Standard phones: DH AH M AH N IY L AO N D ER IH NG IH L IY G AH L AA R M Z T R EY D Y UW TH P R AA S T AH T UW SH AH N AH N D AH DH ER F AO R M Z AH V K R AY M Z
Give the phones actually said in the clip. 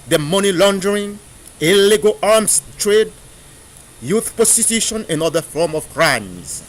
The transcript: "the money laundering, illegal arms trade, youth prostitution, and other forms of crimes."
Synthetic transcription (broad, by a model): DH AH M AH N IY L AO N D ER IH NG IH L IY G AH L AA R M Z T R EY D Y UW TH P AA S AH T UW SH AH N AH N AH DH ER F AO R M AH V K R AY M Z